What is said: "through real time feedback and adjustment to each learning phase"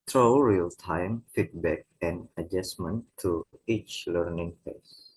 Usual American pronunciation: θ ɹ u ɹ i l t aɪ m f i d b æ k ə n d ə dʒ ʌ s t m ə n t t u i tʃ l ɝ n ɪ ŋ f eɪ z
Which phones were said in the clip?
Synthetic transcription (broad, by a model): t ɹ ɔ ɹ i l t aɪ m f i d b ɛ k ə n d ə dʒ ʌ s m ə n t t u i tʃ l ɝ n ɪ ŋ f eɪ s